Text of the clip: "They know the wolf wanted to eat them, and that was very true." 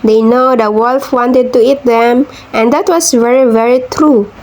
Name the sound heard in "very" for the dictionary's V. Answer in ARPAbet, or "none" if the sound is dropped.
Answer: V